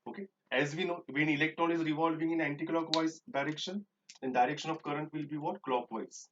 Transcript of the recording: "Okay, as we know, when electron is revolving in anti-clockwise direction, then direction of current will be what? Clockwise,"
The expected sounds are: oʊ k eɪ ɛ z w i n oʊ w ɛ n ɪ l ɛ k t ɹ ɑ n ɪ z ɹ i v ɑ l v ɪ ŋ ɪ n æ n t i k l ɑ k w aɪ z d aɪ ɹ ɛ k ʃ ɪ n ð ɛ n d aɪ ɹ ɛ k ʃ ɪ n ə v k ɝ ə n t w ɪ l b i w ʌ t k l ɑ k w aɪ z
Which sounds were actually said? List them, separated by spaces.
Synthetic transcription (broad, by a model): oʊ k eɪ ɛ z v i n oʊ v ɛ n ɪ l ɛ k t ɹ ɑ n ɪ z ɹ i v ɑ l v ɪ ŋ ɪ n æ n t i k l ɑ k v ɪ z d aɪ ɹ ɛ k ʃ ɪ n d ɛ n d aɪ ɹ ɛ k ʃ ɪ n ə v k ɝ ə n t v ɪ l b i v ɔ t k l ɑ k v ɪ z